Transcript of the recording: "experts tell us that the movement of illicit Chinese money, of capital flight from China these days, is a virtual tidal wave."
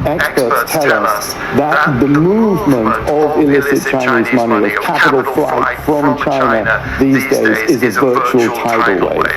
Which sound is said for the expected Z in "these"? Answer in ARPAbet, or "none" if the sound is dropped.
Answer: Z